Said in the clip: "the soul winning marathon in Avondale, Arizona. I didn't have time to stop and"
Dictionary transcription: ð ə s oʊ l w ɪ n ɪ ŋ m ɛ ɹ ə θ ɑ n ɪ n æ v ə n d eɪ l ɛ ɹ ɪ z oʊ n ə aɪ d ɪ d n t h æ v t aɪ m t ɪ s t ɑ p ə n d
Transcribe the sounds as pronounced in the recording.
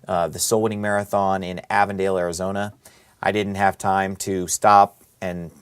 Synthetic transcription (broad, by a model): ð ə s oʊ l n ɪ ŋ m ɛ ɹ ə θ ɑ n ɪ n æ v ə n d eɪ l ɛ ɹ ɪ z oʊ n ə aɪ d ɪ d n t h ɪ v t aɪ m t ɪ s t ɑ p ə n